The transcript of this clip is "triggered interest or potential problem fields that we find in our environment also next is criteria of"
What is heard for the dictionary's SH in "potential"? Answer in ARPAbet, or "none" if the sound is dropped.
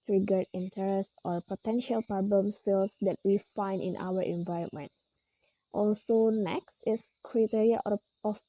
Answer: SH